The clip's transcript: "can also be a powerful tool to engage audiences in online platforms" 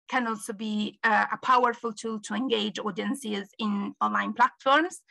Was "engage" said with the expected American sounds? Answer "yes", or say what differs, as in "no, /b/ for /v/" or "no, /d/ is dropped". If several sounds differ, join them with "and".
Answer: yes